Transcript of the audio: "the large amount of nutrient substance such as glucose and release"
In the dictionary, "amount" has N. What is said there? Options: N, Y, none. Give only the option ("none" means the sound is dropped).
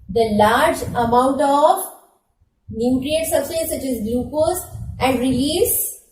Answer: N